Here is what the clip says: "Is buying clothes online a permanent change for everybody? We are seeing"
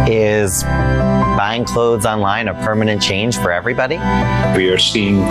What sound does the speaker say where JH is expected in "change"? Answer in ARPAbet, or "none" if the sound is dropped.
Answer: ZH